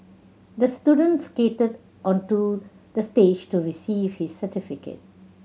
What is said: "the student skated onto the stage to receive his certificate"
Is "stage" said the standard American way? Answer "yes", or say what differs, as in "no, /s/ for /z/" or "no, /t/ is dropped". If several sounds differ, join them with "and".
yes